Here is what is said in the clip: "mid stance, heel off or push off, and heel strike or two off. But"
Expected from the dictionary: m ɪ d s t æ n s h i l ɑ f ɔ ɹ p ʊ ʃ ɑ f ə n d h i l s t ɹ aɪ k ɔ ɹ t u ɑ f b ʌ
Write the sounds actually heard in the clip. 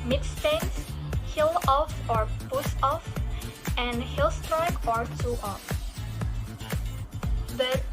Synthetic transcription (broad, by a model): m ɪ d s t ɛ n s h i l ɑ f ɔ ɹ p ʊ s ɑ f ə n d h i l s t ɹ aɪ k ɔ ɹ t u ɑ f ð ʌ